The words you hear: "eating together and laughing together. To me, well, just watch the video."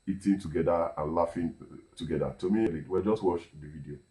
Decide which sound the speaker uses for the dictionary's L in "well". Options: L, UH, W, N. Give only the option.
W